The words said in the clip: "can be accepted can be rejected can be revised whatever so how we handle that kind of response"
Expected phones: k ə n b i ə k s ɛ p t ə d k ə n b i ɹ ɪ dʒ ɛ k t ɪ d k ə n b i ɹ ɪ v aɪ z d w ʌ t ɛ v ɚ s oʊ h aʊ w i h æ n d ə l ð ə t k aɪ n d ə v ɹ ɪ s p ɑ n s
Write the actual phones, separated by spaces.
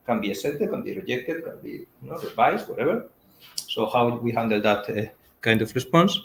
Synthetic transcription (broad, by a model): k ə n b i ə s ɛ t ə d k ə n b i ɹ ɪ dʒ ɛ k t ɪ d k ə n b i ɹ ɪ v aɪ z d w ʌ t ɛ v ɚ s oʊ h aʊ w i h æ n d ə l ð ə t k aɪ n d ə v ɹ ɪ s p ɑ n s